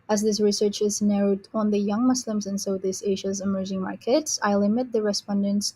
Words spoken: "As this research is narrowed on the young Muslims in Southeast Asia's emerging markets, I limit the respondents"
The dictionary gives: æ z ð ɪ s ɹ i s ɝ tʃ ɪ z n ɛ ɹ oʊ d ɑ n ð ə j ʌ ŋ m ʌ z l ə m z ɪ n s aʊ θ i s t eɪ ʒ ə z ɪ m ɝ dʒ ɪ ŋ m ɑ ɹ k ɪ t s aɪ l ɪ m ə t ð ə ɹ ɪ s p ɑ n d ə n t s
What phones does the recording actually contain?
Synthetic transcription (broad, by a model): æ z ð ɪ s ɹ i s ɝ tʃ ɪ z n ɛ ɹ oʊ d ɑ n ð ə j ʌ ŋ m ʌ s l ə m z ɪ n s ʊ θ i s eɪ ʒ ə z ɪ m ɝ dʒ ɪ ŋ m ɑ ɹ k ɪ t s aɪ l ɪ m ə t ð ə ɹ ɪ s p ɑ n d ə n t s